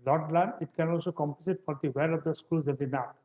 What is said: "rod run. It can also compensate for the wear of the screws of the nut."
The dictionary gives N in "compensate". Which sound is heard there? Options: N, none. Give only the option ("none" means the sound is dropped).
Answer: none